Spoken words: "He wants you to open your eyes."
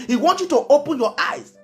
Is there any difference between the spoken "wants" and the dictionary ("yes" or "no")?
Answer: yes